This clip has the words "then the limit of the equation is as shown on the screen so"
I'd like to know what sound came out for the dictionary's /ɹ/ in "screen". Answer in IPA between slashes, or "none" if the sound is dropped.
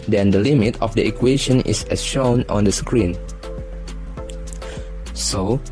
/ɹ/